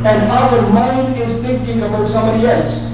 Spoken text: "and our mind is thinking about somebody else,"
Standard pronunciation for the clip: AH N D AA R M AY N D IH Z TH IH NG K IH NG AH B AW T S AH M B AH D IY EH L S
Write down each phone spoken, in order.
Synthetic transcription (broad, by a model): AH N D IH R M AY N IH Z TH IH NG K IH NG AH B AW T S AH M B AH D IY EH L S